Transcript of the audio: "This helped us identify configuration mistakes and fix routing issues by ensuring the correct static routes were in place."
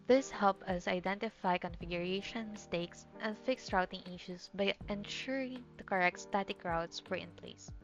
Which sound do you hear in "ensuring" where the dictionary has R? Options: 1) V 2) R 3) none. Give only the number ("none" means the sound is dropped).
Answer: 2